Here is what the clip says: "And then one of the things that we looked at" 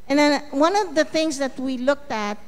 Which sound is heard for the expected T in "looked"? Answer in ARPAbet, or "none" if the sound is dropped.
T